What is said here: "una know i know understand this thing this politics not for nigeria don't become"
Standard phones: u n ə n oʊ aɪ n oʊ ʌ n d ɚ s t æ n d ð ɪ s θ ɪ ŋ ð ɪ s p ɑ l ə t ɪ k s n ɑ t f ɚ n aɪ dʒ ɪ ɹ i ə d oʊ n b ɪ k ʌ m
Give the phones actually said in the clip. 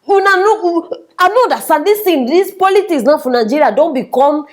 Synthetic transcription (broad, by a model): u n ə n oʊ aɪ n oʊ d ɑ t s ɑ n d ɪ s t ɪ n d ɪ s p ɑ l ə t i k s n ɑ f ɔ n aɪ dʒ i ɹ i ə d oʊ n b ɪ k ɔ m